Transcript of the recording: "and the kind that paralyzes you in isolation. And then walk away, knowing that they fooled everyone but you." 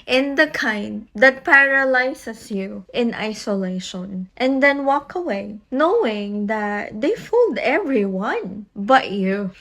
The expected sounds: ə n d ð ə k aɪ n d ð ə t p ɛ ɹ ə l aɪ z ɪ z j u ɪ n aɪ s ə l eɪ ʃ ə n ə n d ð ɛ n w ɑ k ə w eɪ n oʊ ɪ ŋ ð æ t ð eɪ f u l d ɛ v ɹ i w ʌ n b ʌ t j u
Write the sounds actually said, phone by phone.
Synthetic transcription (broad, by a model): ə n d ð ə k aɪ n d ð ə t p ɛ ɹ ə l aɪ s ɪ s j u ɪ n aɪ s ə l eɪ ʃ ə n ə n d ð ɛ n w ɑ k ə w eɪ n oʊ ɪ ŋ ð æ t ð eɪ f u l d ɛ v ɹ i w ʌ n b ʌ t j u